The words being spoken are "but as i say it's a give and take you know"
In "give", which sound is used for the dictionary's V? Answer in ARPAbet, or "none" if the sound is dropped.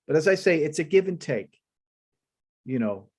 V